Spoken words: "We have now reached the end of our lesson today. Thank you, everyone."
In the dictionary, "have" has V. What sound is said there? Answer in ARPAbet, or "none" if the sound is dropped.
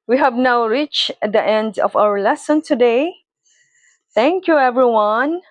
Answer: V